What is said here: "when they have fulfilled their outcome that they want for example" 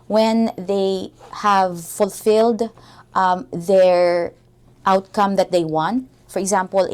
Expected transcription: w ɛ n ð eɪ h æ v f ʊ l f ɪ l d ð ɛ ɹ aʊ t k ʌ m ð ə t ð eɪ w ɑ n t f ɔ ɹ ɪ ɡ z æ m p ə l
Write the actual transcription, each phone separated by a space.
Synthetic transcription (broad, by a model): w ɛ n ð eɪ h æ v f ʊ l f ɪ l d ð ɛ ɹ aʊ t k ʌ m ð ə t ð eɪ w ɑ n t f ɔ ɹ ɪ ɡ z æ m p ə l